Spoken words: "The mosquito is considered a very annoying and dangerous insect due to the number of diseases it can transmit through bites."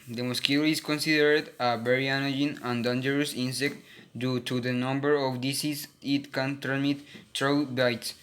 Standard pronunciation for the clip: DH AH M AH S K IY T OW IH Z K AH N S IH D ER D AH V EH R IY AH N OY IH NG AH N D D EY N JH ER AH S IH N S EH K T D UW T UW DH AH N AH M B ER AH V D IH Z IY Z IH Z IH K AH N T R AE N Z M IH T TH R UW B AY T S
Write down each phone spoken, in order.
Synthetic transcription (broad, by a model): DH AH M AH S K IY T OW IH S K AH N S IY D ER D AH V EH R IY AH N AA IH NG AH N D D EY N JH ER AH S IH N S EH K T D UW T UW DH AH N AH M B ER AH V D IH S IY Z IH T K AH N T AE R M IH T T R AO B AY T S